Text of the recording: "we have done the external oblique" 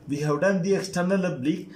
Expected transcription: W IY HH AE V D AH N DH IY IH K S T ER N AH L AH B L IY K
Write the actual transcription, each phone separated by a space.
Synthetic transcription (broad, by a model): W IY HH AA W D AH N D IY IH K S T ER N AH L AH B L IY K